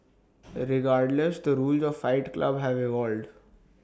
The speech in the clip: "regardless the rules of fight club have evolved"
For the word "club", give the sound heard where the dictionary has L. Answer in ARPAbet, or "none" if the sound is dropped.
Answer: L